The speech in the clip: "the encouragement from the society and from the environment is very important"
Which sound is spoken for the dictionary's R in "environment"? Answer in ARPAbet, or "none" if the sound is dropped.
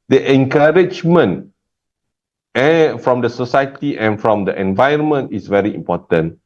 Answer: none